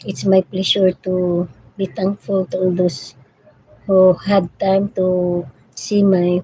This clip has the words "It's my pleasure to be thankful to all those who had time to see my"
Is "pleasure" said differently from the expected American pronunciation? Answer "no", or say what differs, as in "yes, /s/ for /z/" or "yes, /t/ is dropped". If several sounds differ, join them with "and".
yes, /ʃ/ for /ʒ/